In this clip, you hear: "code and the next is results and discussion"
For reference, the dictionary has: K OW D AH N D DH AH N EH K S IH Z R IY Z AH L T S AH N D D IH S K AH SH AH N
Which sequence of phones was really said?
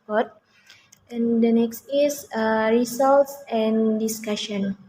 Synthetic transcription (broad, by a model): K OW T AH N D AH N EH K S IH S R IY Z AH L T S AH N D D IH S K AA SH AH N